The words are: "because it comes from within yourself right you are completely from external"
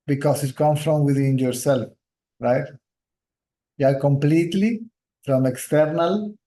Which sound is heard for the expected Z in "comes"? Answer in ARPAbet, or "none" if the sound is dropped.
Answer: none